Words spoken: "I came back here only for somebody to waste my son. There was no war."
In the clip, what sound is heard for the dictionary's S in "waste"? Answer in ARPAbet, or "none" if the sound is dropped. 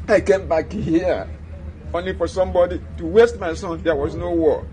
S